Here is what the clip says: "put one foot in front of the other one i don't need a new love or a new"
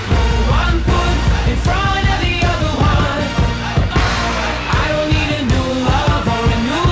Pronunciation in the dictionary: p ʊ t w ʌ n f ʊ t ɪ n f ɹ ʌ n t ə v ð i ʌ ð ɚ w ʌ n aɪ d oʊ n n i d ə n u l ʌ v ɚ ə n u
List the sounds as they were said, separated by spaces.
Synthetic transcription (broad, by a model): w ʌ n p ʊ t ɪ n f ɹ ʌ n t ə v ð i ʌ ð ɚ w ʌ n aɪ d oʊ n n i d ə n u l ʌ f ɚ ə n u